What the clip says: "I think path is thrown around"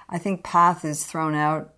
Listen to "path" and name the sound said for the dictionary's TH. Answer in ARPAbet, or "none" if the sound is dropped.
TH